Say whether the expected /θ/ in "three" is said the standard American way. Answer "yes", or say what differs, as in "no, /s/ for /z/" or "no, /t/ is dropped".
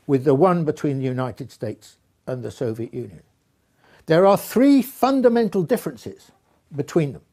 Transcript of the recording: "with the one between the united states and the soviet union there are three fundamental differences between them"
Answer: yes